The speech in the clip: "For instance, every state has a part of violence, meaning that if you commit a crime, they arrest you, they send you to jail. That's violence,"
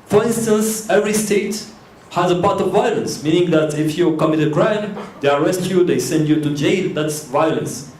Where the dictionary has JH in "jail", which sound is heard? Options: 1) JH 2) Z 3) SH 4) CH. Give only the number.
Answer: 1